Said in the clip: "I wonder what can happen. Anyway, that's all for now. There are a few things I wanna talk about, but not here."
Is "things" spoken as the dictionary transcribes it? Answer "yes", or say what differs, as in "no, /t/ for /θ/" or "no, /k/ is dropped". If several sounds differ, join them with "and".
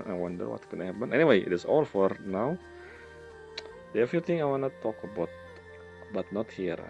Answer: no, /t/ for /θ/ and /z/ is dropped